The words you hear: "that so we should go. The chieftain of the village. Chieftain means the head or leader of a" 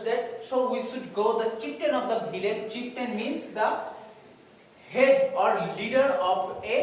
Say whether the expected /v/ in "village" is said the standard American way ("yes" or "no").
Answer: no